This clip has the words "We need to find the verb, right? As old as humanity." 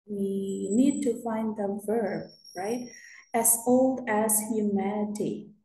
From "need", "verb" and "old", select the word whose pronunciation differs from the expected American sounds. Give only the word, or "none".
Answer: none